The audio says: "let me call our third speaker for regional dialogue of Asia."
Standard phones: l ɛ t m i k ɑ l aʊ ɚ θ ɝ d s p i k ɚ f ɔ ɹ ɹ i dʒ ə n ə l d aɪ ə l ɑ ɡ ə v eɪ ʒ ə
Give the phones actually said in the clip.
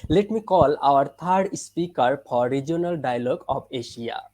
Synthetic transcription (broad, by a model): l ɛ t m i k ɑ l aʊ ɚ t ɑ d s p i k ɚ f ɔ ɹ ɹ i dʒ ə n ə l d aɪ ə l ɑ ɡ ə p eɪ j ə